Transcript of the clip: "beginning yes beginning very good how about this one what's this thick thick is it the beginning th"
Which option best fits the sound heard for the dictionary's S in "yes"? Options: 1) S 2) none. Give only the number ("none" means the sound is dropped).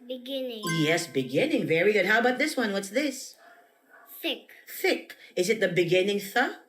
1